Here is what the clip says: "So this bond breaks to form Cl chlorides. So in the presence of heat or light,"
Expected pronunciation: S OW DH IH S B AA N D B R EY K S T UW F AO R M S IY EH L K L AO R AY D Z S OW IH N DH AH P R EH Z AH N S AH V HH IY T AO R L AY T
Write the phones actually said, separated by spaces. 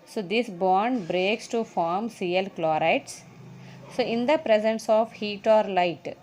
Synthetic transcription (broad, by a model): S OW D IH S B AA N D B R EY K S T UW F AO R M S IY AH L K L AO R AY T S S OW IH N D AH P R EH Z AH N S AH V HH IY T AO R L AY T